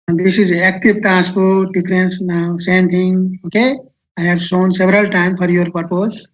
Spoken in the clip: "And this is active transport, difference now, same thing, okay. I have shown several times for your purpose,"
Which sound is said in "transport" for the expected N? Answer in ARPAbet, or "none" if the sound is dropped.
none